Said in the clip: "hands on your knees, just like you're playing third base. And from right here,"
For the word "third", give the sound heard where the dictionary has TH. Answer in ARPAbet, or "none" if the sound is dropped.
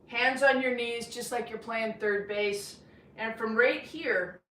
TH